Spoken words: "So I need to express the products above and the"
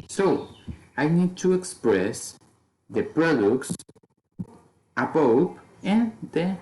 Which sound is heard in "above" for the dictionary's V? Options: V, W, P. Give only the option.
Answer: P